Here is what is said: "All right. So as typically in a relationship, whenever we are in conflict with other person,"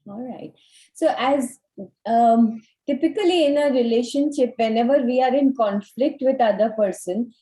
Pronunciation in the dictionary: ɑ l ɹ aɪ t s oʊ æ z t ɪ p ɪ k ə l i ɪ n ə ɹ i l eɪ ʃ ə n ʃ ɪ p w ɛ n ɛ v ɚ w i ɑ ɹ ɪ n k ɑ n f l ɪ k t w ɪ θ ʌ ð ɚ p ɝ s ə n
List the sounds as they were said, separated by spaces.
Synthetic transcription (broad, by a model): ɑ l ɹ aɪ t s oʊ æ z t ɪ p ɪ k ə l i ɪ n ə ɹ i l eɪ ʃ ə n ʃ ɪ p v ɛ n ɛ v ɚ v i ɑ ɹ ɪ n k ɑ n f l ɪ k t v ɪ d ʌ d ɚ p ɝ s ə n